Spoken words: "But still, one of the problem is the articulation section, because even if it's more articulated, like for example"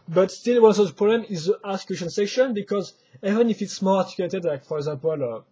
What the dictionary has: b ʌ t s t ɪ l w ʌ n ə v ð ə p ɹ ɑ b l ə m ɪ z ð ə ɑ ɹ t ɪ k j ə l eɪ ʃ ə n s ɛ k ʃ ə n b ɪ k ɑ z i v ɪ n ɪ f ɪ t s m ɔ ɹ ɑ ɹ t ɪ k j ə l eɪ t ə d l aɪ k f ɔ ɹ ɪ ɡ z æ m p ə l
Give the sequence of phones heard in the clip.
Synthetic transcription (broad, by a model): b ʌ t s t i l w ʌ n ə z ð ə p ɹ ɑ b l ə m ɪ z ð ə t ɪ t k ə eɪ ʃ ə n s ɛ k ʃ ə n b ɪ k ɑ z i v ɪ n ɪ f ɪ t s m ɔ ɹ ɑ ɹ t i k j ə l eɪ t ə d l aɪ k f ɔ ɹ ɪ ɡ z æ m p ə l